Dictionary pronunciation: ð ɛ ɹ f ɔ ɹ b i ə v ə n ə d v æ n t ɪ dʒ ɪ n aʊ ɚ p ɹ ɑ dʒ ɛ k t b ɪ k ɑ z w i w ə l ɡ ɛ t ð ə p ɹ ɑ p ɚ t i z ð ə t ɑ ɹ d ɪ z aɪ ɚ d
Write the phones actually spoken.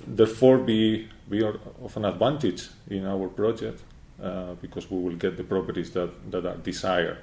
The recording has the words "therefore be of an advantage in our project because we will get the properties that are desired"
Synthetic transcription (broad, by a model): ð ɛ ɹ f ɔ ɹ b i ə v ə n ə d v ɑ n t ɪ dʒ ɪ n aʊ ɚ p ɹ ɑ dʒ ɛ k t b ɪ k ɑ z w i w ə l ɡ ɛ t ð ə p ɹ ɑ p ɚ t i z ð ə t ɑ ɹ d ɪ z aɪ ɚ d